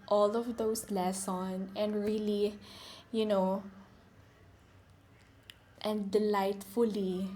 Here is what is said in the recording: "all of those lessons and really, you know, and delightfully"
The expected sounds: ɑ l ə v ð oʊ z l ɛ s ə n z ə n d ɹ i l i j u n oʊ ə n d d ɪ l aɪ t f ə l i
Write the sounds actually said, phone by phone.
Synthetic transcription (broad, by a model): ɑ l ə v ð oʊ s l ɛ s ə n ə n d ɹ i l i j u n oʊ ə n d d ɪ l aɪ t f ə l i